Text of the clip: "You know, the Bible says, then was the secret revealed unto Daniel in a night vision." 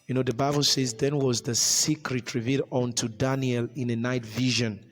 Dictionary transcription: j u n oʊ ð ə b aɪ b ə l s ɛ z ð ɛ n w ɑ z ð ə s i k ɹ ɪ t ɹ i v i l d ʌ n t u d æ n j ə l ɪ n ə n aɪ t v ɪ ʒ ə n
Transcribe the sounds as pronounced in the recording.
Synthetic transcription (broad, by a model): j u n oʊ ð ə b aɪ b ə l s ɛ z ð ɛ n w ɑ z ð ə s i k ɹ ɪ t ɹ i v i d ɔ n t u d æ n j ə l ɪ n ə n aɪ t v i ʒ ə n